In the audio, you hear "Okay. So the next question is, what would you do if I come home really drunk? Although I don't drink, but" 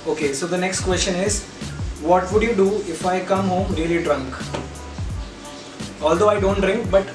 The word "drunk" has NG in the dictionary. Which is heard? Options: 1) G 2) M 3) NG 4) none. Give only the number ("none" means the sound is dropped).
3